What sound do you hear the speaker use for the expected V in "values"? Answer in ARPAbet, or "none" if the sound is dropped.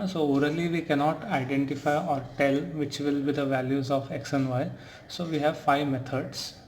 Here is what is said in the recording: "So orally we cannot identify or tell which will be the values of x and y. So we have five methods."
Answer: V